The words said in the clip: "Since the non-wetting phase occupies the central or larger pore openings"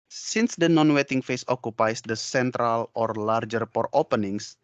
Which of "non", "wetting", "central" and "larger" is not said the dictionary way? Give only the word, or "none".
none